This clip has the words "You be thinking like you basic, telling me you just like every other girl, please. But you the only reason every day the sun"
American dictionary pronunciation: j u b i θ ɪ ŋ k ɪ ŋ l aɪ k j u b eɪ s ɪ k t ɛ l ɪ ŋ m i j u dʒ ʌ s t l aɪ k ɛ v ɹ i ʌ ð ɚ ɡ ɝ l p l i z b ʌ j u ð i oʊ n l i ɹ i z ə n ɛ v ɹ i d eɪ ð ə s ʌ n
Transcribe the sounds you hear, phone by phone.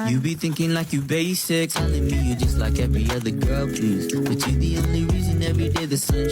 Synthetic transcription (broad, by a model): j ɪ b i θ ɪ ŋ k ɪ ŋ l aɪ k j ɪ b eɪ s ɪ k s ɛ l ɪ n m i j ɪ dʒ ʌ s t l aɪ k ɛ v ɹ i ʌ ð ɚ ɡ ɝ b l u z b ʌ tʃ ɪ ð i oʊ n l i ɹ i z ə n ɛ v ɹ i d eɪ ð ə s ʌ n